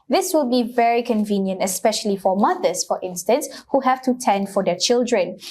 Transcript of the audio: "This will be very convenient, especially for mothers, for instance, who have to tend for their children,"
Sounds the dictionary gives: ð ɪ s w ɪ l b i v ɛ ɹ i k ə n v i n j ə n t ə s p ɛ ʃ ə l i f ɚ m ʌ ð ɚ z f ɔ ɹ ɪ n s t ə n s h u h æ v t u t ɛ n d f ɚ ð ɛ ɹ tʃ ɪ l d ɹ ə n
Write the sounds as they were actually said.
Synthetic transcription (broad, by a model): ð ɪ s w ɪ l b i v ɛ ɹ i k ə n v i n j ə n t ə s p ɛ ʃ ə l i f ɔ m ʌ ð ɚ s f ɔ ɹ ɪ n s t ə n s h u h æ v t u t ɛ n d f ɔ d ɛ tʃ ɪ l d ɹ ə n